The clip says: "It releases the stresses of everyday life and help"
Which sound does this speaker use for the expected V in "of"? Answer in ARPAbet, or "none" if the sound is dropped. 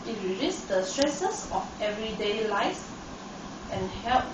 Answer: F